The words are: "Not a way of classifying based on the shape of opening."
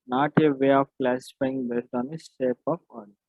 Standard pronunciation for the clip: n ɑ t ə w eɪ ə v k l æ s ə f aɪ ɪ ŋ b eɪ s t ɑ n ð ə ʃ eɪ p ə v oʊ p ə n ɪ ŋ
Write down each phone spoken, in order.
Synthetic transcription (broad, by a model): n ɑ t ə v eɪ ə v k l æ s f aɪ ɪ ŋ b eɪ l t ɑ n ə s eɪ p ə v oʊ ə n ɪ